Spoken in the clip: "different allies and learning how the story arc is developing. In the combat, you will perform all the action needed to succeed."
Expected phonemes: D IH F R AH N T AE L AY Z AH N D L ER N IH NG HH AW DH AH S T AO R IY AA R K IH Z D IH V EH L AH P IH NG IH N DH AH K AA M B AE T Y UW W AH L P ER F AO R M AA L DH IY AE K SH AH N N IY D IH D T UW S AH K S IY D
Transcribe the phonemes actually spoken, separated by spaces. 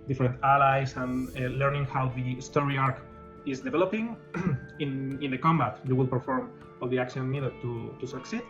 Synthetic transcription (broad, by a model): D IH F R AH N T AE L AY S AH N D L ER N IH NG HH AW DH AH S T AO R IY AA R K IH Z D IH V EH L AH P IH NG IH N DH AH K AA M B AE T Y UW W AH L P ER F AO R M AA L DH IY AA K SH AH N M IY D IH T T UW S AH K S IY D